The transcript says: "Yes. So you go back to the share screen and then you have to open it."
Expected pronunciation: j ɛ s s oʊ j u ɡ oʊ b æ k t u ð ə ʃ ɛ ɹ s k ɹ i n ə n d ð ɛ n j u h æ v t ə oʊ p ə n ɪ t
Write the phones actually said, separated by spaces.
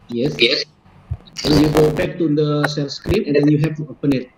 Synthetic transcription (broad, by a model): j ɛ s s oʊ j u ɡ oʊ b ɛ k t u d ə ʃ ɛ l s k ɹ i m ə n d ɛ n j u h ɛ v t oʊ p ə n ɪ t